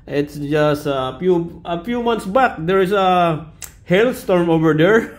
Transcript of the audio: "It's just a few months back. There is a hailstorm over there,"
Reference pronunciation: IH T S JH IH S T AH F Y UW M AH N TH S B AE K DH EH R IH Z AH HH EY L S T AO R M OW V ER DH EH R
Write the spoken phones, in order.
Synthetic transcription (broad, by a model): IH T S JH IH S T AH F Y UW M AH N T S B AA K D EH R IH S AH HH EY L S T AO R M OW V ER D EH R